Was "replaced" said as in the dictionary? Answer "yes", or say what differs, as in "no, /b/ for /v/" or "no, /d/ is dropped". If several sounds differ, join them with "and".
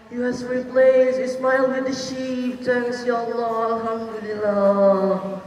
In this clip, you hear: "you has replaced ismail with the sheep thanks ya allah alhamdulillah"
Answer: no, /t/ is dropped